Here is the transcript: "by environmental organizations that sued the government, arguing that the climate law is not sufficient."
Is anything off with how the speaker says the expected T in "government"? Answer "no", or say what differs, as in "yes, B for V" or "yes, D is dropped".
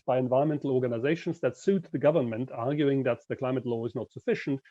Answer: no